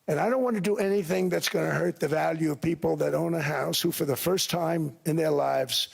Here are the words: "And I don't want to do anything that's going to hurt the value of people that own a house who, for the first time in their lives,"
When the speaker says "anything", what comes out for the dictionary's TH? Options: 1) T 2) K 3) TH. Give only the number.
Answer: 3